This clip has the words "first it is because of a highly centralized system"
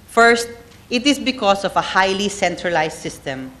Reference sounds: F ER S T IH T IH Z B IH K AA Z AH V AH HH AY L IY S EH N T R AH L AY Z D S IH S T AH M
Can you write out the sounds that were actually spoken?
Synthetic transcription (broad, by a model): F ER S T IH T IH S B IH K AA S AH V AH HH AY L IY S EH N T R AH L AY S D S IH S T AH M